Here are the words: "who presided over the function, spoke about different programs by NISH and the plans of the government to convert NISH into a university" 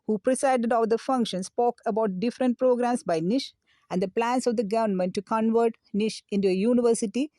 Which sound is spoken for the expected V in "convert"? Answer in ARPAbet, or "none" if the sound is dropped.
V